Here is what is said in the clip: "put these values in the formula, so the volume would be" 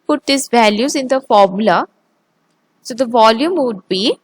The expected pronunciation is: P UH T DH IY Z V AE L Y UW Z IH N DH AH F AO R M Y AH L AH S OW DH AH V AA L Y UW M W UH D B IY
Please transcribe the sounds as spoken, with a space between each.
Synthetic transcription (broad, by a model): P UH T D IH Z V AE L Y UW Z IH N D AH F AO R M Y AH L AH S OW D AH V AA L Y UW M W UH D B IY